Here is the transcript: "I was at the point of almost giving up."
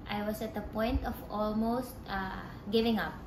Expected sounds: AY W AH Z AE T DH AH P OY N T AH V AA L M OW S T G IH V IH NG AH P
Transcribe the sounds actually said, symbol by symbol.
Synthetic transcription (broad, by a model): AY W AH S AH T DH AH P OY N T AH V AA L M OW S T G IH V IH NG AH P